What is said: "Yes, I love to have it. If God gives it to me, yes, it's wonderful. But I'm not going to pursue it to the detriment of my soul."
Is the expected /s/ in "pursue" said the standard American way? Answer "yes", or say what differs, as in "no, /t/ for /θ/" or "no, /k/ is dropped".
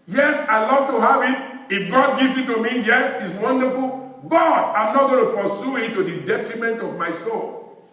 yes